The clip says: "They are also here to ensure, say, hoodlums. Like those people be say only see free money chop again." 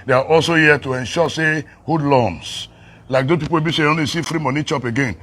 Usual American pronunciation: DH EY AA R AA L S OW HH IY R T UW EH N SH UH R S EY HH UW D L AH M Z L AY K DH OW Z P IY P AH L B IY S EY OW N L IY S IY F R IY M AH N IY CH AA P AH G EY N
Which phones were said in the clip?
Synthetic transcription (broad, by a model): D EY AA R AA L S OW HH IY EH T UW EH N SH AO S EY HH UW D L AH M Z L AY K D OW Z P IY P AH W B IY S EY OW N L IY S IY F R IY M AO N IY CH AA P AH G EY N